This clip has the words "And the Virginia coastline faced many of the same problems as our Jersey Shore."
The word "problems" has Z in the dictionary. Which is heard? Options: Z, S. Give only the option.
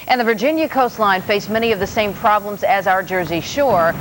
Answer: Z